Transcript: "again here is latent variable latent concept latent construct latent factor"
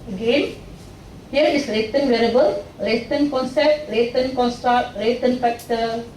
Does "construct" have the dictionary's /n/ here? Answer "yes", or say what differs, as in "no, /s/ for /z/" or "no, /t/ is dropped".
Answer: yes